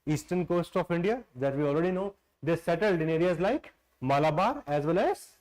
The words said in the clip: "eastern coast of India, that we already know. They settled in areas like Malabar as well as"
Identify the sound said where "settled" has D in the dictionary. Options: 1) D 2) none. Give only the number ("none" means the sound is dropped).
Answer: 1